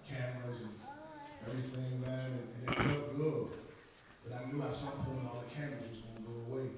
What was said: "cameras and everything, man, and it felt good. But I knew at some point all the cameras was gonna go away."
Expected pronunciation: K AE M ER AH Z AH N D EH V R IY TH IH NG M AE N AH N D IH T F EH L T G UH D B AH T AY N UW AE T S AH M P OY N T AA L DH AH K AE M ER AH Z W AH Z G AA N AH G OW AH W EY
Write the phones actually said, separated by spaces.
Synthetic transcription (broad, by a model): K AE M ER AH Z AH N EH V R IY TH IH NG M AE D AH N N IH T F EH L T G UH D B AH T AY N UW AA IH S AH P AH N AA L DH AH K AE M ER AH Z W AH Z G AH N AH G OW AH W EY